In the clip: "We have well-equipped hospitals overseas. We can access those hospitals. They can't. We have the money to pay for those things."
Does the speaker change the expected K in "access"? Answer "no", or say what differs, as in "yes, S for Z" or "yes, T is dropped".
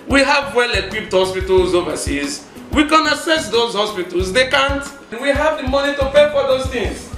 yes, K is dropped